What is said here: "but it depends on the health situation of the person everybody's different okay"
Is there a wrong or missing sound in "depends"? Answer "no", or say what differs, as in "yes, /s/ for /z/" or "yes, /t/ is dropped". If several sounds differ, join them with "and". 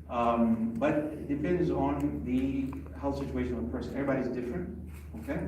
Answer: no